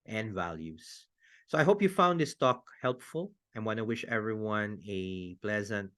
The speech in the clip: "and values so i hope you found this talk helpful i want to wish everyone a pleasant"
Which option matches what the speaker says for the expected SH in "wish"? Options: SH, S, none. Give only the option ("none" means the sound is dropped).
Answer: SH